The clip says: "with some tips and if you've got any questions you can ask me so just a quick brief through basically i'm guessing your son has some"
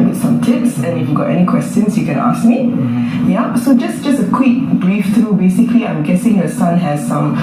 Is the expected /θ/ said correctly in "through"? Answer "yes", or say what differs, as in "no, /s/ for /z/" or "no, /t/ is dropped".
no, /t/ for /θ/